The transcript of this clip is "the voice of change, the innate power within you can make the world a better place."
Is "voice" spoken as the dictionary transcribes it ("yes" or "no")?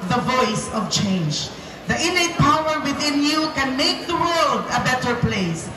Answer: yes